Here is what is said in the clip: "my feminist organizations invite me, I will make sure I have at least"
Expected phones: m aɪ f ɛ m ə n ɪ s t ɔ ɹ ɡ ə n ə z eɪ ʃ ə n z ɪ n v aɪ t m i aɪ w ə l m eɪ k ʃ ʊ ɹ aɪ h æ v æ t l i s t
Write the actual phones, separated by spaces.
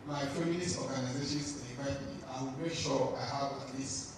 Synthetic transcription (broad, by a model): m aɪ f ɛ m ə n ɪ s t ɔ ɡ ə n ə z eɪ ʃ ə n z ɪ v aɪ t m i aɪ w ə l m eɪ k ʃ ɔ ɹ aɪ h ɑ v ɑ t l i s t